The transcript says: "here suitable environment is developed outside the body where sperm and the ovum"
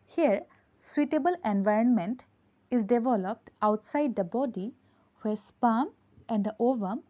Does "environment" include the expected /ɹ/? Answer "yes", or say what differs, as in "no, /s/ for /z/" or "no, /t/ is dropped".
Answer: yes